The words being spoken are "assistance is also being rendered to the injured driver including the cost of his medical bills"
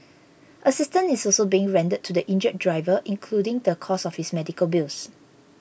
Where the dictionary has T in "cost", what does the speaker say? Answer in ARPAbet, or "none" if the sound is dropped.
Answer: none